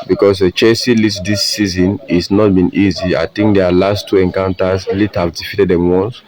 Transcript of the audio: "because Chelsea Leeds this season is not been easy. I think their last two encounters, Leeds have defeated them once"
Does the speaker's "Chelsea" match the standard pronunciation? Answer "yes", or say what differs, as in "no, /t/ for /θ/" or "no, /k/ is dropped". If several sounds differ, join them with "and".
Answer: no, /l/ is dropped